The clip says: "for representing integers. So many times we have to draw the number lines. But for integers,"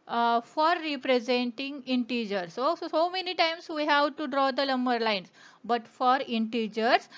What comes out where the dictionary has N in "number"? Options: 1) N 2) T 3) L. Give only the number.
3